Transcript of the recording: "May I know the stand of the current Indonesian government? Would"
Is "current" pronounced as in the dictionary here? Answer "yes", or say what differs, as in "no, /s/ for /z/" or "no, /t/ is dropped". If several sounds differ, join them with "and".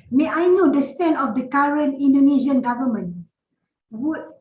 no, /t/ is dropped